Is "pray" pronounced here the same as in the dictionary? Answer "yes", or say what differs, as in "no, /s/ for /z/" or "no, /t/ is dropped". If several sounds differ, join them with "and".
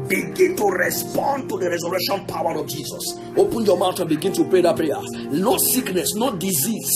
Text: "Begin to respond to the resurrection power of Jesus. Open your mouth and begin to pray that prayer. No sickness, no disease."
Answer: yes